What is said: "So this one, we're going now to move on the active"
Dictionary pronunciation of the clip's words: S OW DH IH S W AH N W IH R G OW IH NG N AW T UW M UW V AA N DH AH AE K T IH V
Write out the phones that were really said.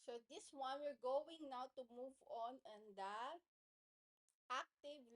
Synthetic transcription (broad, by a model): S OW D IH S W AH N W IH R G OW IH NG N AW T UW M UW V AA N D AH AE K T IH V